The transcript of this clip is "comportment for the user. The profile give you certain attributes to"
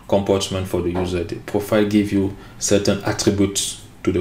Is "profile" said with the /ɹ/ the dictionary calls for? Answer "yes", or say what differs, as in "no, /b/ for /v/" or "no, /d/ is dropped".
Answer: yes